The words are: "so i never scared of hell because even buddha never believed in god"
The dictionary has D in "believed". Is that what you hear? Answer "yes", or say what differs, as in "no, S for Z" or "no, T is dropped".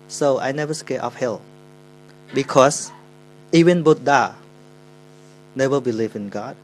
no, D is dropped